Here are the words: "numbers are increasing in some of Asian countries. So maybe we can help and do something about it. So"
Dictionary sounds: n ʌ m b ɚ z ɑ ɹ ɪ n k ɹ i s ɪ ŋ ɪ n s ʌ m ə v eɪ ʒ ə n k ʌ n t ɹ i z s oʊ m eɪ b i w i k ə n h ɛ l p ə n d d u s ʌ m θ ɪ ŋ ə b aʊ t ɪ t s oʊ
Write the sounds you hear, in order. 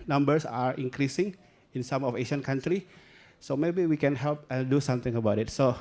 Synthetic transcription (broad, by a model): n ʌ m b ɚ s ɑ ɹ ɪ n k ɹ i s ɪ ŋ ɪ n s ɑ m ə f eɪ ʃ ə n k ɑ n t ɹ i s oʊ m eɪ b i w i k ə n h ɛ l p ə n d d u s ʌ m t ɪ ŋ ə b aʊ t ɪ t s oʊ